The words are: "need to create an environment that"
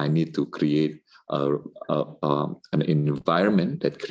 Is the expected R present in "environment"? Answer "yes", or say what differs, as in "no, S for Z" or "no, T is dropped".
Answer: yes